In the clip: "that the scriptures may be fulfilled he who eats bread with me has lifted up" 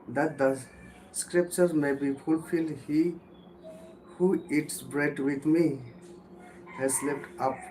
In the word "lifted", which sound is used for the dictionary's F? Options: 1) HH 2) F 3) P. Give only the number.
3